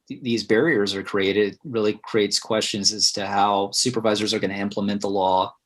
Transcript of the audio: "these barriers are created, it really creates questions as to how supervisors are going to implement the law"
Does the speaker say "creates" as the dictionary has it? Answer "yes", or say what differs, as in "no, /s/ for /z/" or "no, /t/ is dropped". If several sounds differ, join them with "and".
yes